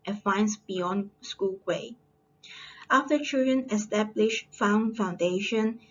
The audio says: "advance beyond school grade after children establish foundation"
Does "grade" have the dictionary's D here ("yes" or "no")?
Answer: no